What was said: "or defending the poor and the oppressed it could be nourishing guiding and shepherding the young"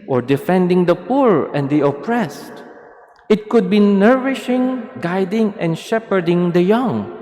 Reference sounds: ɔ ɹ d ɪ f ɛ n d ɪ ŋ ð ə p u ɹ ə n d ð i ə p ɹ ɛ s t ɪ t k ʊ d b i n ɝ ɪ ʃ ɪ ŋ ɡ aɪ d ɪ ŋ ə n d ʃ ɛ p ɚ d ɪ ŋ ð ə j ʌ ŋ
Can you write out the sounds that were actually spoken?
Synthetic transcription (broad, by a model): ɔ ɹ d ɪ f ɛ n d ɪ ŋ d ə p u ɹ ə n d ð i ə p ɹ ɛ s t ɪ t k ʊ d b i n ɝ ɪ ʃ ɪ ŋ ɡ aɪ d ɪ ŋ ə n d ʃ ɛ p ɚ d ɪ ŋ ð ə j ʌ ŋ